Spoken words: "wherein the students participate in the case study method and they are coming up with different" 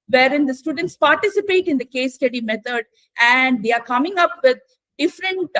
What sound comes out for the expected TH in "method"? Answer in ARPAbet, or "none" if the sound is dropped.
T